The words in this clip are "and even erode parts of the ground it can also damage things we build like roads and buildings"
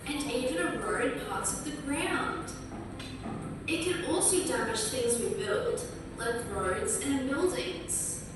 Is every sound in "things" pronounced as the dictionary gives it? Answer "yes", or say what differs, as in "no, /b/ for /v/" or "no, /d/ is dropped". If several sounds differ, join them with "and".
yes